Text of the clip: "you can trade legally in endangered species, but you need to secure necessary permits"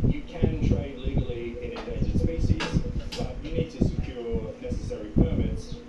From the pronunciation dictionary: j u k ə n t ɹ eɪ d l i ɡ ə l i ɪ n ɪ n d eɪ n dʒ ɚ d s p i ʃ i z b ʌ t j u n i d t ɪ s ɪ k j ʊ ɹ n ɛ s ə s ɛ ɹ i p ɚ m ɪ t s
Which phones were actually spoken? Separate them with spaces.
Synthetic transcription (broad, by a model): j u k ə n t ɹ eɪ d l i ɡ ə l i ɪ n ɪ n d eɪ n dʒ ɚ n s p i s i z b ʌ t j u n i d t ɪ s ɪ k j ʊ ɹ n ɛ s ə s ɛ ɹ i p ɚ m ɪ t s